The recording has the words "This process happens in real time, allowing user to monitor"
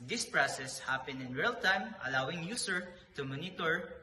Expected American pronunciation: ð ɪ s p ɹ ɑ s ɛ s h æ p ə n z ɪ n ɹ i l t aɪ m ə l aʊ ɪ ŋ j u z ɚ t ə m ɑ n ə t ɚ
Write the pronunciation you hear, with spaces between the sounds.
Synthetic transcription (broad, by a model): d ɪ s p ɹ ɑ s ɛ s h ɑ p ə n ɪ n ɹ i l t aɪ m ə l aʊ ɪ ŋ j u s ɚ t ə m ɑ n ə t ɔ